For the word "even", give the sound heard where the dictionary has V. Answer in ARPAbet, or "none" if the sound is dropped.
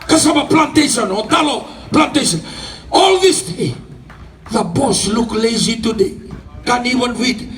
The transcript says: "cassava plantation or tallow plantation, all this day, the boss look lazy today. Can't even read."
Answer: W